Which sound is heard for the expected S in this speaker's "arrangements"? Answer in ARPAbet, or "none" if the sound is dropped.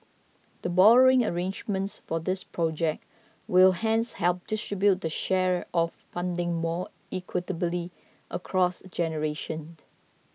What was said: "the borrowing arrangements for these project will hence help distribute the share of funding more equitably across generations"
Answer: S